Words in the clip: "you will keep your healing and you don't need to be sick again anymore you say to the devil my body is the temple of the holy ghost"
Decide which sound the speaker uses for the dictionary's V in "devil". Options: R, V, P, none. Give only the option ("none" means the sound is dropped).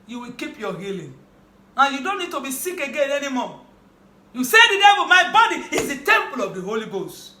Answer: P